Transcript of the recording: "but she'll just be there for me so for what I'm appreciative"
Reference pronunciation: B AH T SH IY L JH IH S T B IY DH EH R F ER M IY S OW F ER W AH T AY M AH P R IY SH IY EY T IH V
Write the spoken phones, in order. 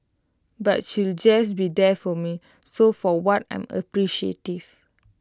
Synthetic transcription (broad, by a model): B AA T SH IY L JH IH S B IY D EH F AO M IY S OW F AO W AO T AY M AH P R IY SH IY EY T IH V